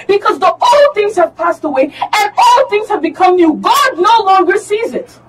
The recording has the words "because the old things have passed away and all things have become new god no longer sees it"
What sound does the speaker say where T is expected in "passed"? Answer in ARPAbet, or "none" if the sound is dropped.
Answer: T